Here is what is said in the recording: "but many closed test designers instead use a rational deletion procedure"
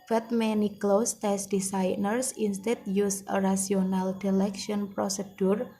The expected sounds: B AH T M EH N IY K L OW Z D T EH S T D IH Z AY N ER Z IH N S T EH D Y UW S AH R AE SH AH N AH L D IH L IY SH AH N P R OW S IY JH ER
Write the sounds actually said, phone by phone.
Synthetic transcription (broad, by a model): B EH T M EH N IY K L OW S T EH S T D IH S AY N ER S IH N S T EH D Y UW S AH R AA S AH N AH L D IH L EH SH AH N P R OW S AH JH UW